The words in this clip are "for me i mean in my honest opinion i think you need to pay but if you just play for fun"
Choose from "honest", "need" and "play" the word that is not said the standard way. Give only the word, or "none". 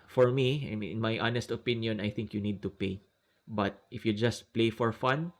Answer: none